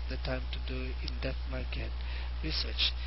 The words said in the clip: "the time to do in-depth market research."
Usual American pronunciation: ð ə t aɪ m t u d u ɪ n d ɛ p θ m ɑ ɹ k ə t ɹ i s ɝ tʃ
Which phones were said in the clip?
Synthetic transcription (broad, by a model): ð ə t aɪ m t u d u ɪ n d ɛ θ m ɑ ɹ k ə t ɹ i s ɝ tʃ